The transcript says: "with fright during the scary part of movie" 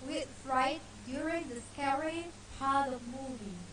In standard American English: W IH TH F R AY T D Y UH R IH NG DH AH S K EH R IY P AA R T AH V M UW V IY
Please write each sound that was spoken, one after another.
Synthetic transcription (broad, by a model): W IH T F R AY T D Y UH R IH NG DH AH S K EH R IY P AA R T AH V M UW V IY